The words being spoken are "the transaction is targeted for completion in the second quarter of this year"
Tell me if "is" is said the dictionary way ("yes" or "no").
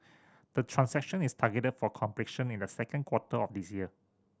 no